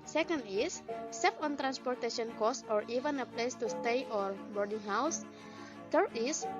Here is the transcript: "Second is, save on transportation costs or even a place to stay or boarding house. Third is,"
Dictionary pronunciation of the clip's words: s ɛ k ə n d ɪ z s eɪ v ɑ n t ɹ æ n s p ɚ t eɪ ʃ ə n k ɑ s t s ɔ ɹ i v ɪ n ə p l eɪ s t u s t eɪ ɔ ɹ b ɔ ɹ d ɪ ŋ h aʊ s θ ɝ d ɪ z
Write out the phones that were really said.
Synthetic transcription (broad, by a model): s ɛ k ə n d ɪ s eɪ f ɑ n t ɹ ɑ n s p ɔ t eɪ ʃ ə n k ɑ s s ɔ ɹ i v ɪ n ə p l eɪ s t u s t eɪ ɔ ɹ b ɔ ɹ d ɪ ŋ h aʊ s t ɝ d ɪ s